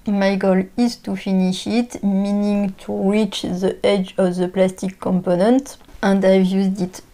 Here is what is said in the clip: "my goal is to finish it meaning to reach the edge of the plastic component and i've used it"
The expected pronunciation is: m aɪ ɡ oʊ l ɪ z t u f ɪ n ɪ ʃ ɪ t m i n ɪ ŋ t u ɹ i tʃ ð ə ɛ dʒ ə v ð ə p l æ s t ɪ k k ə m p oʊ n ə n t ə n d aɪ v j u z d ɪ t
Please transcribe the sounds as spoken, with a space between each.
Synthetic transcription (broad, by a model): m aɪ ɡ oʊ l ɪ z t u f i n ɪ ʃ ɪ t m i n ɪ ŋ t u ɹ i tʃ ð ə ɛ dʒ ə v ð ə p l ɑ s t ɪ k k ə m p oʊ n ə n t ə n d aɪ v j u z d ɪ t